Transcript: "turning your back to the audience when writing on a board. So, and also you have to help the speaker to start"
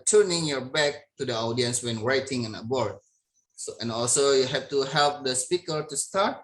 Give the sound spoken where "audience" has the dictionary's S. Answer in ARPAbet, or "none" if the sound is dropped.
S